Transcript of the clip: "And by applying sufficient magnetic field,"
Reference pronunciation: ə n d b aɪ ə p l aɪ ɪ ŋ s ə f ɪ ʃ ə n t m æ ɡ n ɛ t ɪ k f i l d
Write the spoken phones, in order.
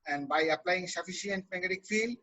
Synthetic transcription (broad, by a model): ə n d b aɪ ə p l aɪ ɪ ŋ s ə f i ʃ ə n t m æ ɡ ɛ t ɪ k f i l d